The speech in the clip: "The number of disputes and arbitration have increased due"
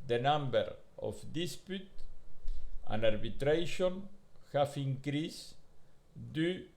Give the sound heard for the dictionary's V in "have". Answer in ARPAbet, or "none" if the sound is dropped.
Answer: F